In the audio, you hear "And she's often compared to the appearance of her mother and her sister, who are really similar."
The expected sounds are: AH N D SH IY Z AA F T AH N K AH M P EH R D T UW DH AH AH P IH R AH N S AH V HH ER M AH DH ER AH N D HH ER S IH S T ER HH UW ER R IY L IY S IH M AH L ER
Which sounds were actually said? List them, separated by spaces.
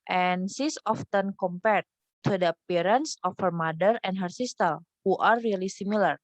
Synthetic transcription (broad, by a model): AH N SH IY S AA F T AH N K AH M P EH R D T UW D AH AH P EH R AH N S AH F HH ER M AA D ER AH N D HH ER S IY S T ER HH UW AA R IY L IY S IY M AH L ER